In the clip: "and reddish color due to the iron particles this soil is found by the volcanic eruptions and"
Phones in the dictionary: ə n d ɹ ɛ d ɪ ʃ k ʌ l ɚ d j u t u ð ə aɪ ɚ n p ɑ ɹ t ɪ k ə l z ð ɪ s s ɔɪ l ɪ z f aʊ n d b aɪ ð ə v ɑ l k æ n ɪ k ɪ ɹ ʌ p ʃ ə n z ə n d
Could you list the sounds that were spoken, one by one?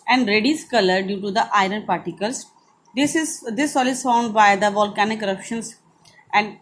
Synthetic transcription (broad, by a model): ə n d ɹ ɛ d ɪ s k ʌ l ɚ d j u t u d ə aɪ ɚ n p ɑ ɹ t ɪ k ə l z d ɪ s s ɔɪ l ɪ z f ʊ n d b aɪ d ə v ɑ l k æ n ɪ k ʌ ɹ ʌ p ʃ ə n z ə n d